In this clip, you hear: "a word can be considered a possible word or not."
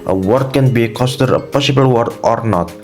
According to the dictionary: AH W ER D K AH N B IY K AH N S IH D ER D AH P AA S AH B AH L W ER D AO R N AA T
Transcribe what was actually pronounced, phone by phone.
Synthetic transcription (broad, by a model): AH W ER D K AH N B IY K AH S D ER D AH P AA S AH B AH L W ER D AO R N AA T